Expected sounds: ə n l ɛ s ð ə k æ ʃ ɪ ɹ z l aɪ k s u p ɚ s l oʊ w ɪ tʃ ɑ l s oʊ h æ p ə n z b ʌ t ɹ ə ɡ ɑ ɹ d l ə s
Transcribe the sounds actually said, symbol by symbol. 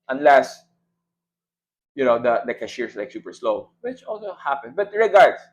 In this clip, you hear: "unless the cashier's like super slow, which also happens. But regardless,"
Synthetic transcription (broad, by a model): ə n l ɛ s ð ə k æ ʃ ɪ ɹ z l aɪ k s u p ɚ s l oʊ w ɪ tʃ ɑ l s oʊ h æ p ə n b ʌ t ɹ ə ɡ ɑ ɹ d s